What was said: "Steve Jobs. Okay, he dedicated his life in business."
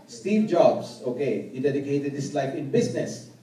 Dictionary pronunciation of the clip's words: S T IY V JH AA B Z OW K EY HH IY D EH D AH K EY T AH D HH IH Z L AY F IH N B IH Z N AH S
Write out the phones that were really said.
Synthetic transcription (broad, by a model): S T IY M JH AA B S OW K EY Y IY D EH D AH K EY T AH D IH S L AY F IH N B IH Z N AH S